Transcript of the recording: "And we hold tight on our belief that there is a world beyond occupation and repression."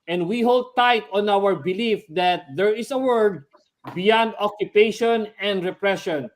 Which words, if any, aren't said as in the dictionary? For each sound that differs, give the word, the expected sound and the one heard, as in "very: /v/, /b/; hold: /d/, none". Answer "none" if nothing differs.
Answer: is: /z/, /s/; world: /l/, none